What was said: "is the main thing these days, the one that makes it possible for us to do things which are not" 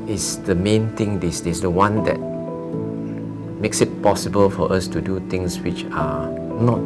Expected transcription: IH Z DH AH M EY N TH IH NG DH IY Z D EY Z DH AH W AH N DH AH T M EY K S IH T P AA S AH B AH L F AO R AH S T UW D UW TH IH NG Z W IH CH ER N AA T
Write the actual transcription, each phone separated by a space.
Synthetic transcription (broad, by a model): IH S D AH M EY N T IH NG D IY S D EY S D AH W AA N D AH T M EY K S IH T P AA S AH B AH L F AO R AH S T UW D UW T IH NG S W IH CH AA N AA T